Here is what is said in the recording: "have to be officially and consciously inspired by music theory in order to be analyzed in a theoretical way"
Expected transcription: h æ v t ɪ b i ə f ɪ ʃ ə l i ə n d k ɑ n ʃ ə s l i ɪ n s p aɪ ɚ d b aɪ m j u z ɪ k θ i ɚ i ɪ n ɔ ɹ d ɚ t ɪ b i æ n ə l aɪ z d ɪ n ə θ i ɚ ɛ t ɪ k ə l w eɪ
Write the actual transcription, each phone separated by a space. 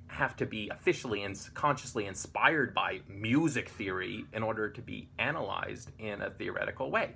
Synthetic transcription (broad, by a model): h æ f t ɪ b i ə f ɪ ʃ l i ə n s k ɑ n ʃ ə s l i ɪ n s p aɪ ɚ d b aɪ m j u z ɪ k θ i ɚ i ɪ n ɔ ɹ d ɚ t ɪ b i æ n ə l aɪ z d ɪ n ə θ i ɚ ɛ t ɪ k l w eɪ